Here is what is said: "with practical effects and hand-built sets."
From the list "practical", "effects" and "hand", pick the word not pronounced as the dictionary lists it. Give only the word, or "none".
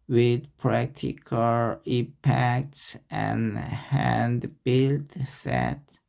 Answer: effects